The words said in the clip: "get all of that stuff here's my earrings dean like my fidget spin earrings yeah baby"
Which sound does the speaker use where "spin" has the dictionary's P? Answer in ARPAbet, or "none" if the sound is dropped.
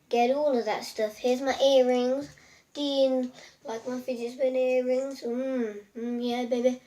B